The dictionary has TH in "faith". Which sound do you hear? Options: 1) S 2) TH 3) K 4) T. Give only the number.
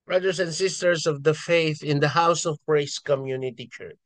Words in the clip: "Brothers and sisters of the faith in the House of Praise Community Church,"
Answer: 2